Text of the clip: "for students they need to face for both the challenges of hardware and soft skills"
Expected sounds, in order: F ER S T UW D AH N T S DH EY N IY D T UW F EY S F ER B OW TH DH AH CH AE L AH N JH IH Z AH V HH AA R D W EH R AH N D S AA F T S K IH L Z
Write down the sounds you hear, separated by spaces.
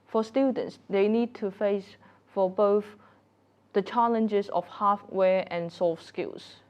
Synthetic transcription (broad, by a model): F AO S T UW D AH N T S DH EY N IY D T UW F EY S F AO B OW TH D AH CH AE L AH N JH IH S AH F HH AA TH W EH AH N S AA F S K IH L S